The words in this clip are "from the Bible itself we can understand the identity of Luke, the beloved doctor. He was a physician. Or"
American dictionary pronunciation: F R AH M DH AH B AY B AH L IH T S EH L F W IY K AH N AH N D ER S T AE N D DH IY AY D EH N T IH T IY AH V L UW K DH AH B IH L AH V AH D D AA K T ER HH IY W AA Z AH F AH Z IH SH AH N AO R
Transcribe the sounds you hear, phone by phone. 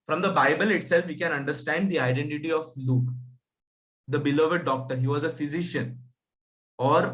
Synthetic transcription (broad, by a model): F R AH M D AH B AY B AH L IH T S EH L F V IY K AH N AH N D ER S T AE N D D IY AY D EH N T IH T IY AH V L UW K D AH B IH L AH V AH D D AA K T ER HH IY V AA Z AH F AH Z IH SH AH N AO R